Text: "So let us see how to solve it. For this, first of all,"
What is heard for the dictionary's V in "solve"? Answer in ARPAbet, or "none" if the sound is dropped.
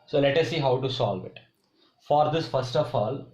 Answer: V